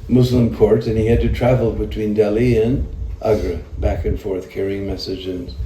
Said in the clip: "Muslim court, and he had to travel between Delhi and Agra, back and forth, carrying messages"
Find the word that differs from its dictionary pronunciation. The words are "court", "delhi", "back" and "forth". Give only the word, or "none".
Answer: none